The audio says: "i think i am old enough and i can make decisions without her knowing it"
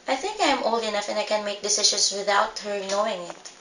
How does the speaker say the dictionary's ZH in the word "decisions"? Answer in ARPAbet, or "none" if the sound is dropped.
SH